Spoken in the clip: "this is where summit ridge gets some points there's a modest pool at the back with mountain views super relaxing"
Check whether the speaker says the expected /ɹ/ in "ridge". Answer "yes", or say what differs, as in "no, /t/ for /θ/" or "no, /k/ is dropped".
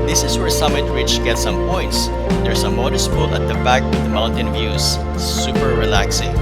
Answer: no, /w/ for /ɹ/